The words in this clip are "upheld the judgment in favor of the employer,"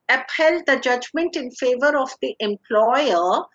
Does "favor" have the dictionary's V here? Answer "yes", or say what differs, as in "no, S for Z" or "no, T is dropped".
yes